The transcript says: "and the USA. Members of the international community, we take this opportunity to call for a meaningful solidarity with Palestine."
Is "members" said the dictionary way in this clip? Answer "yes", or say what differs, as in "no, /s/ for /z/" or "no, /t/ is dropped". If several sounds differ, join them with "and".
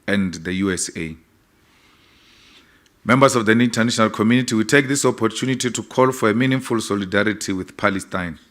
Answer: no, /s/ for /z/